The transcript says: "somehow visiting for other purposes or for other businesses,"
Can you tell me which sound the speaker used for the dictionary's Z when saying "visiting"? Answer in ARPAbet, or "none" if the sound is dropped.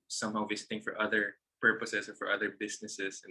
S